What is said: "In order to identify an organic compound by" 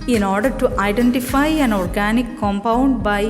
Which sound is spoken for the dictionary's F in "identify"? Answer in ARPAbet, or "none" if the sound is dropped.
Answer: F